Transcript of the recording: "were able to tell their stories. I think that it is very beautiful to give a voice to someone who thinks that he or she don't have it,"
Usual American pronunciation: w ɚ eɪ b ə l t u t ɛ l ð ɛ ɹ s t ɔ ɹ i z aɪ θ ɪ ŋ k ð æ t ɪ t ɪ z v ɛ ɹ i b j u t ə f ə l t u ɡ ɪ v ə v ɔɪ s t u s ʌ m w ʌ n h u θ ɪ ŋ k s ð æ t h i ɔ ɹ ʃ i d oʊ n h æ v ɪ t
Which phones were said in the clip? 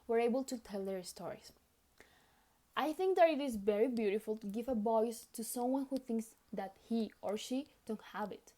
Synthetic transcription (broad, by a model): w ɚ eɪ b ə l t u t ɛ l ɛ ɹ s t ɔ ɹ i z aɪ θ ɪ ŋ k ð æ t ɪ t ɪ z v ɛ ɹ i b j u t ə f ə l t u ɡ ɪ v ə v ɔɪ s t u s ʌ m w ʌ n h u θ ɪ ŋ k s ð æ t h i ɔ ɹ ʃ i d oʊ n h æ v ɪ t